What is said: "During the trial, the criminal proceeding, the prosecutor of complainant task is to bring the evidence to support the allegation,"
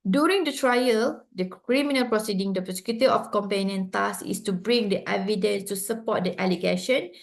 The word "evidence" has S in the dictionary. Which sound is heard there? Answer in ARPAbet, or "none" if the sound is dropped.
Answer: S